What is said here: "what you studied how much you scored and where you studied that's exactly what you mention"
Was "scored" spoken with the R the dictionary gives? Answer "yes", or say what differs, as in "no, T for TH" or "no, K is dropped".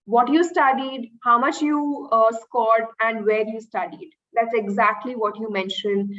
yes